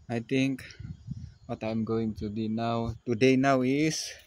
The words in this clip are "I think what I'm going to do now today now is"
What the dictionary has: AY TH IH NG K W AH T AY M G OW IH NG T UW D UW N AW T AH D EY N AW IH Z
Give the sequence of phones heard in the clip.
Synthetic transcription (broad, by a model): AY T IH NG K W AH T AY M G OW IH NG T UW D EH N AW T AH D EY N AW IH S